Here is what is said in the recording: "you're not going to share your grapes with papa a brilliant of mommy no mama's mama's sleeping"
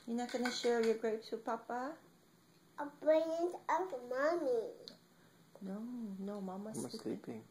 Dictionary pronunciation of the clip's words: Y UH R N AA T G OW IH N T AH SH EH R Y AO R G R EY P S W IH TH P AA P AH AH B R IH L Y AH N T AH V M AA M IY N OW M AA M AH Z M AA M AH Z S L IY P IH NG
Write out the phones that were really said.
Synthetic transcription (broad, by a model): Y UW N AA T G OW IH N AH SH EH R Y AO G R EY P S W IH P AA P AH AH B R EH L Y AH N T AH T M AA M IY N OW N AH M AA M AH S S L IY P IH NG